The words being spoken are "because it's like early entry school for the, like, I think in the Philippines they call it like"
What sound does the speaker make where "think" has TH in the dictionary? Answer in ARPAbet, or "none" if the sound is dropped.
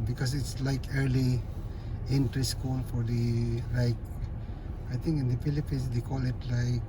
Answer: T